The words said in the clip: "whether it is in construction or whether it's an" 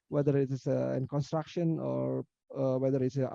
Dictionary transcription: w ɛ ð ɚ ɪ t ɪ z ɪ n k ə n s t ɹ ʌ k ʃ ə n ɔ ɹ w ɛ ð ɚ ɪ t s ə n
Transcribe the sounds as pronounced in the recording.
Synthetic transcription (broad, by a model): w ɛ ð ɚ ɪ t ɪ s ɪ n k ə n s t ɹ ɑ k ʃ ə n ɔ ɹ w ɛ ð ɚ ɪ t s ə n